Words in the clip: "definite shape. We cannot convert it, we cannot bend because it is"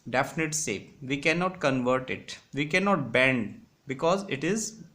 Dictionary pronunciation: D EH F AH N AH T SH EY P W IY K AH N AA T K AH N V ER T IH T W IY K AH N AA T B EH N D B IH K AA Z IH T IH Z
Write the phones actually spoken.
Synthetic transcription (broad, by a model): D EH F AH N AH T S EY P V IY K AH N AA T K AH N V ER T IH T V IY K AH N AA T B EH N D B IH K AA Z IH T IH Z